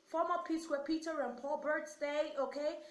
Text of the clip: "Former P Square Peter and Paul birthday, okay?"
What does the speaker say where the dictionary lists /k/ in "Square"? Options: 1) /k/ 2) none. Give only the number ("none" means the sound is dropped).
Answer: 2